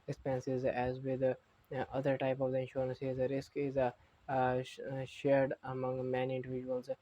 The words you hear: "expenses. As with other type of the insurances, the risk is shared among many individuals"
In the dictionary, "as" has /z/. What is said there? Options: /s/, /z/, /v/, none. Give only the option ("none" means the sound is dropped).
/z/